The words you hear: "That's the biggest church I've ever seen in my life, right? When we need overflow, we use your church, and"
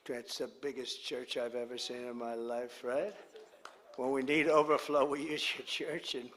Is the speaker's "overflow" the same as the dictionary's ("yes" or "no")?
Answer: yes